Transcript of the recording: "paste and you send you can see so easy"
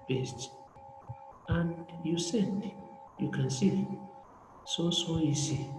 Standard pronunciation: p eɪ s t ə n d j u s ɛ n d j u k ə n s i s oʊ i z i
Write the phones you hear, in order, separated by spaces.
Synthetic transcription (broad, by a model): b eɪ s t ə n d j u s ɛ d j u k ə n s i s oʊ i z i